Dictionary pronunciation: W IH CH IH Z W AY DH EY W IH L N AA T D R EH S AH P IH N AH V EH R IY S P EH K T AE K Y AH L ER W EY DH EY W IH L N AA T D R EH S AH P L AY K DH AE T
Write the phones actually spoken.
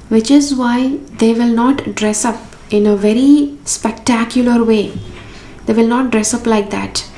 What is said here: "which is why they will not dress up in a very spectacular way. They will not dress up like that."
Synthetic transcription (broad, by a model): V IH CH IH Z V AY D EY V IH L N AA T D R EH S AH P IH N AH V EH R IY S P EH K T AE K Y AH L ER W EY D EY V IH L N AA T D R EH S AH P L AY K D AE T